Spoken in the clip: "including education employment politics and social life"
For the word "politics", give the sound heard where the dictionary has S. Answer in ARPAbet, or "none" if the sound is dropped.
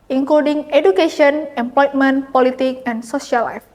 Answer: none